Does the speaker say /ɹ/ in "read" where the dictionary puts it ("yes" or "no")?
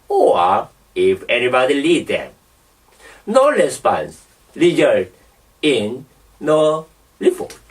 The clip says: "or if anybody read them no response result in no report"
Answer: no